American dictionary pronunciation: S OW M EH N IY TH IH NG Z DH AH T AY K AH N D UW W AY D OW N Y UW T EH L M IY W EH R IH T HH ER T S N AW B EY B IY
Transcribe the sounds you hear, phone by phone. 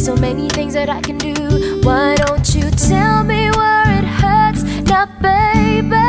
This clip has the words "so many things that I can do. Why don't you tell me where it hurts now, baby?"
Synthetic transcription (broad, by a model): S OW M EH N IY TH IH NG Z DH AH T AY K AH N D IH W AY D OW N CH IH T EH L M IY W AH R IH T HH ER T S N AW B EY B